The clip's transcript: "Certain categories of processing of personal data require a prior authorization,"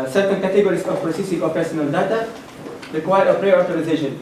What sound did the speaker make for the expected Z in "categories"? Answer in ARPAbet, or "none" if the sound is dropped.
S